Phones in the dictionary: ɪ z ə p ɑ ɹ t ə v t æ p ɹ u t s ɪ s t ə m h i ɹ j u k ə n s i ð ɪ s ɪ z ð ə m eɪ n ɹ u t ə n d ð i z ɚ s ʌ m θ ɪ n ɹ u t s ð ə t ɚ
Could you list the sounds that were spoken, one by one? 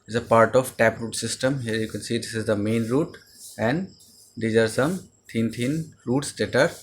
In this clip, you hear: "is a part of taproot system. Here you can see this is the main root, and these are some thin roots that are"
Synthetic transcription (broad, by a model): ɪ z ə p ɑ ɹ t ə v t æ p ɹ u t s ɪ s t ə m h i ɹ j u k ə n s i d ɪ s ɪ z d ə m eɪ n ɹ u t ə n d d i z ɚ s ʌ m t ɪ n ɹ u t s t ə t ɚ